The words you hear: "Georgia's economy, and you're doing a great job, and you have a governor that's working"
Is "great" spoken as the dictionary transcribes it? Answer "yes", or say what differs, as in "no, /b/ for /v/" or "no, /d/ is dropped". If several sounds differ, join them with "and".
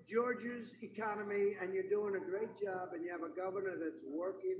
yes